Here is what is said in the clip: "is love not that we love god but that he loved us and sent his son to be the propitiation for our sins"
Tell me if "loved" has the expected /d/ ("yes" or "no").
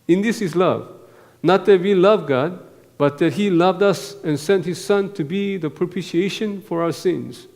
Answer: yes